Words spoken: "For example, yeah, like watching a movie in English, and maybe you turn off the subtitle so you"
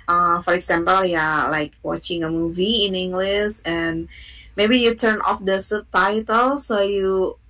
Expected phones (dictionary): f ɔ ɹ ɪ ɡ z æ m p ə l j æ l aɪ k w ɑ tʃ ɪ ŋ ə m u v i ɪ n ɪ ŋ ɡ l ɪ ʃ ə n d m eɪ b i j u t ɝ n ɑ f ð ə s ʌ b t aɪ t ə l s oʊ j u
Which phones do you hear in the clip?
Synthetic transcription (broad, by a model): f ɔ ɹ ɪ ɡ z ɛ m p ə l j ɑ l aɪ k w ɑ tʃ ɪ ŋ ə m u v i ɪ n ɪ ŋ ɡ l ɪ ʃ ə n m eɪ b i j u t ɝ n ɑ f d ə s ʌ t aɪ t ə l s oʊ j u